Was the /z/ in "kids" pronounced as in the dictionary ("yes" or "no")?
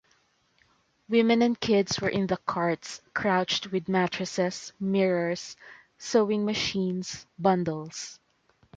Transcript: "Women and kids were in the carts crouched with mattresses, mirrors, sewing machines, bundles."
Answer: no